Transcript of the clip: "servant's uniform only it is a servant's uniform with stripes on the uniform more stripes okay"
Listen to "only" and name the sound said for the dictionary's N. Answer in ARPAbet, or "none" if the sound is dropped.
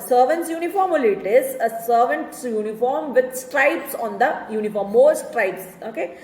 none